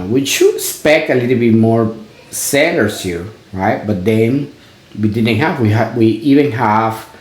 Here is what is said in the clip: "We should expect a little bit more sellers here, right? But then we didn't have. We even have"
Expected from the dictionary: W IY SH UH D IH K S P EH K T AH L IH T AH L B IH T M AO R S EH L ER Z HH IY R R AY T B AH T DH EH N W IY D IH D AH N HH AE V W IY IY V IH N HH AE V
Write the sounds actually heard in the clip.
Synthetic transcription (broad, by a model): W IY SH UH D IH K S P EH K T AH L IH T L B IH T M AO R S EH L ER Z HH IY R R AY T B AH T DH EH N W IY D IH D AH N HH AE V W IY IY V IH N HH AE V